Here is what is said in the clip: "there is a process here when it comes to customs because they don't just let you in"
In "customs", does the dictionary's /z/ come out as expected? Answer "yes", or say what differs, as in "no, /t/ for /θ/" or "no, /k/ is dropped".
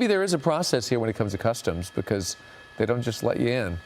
yes